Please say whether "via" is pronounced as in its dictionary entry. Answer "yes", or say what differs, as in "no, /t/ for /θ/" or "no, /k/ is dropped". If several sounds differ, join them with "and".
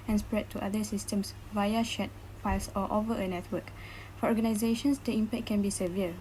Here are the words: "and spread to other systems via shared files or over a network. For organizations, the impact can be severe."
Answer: yes